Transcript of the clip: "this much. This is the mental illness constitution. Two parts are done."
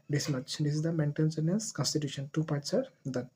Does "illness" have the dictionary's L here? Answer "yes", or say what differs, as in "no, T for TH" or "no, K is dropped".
no, L is dropped